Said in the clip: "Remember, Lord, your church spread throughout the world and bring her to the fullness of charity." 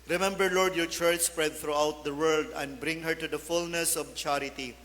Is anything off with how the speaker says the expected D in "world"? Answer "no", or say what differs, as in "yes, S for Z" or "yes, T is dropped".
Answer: no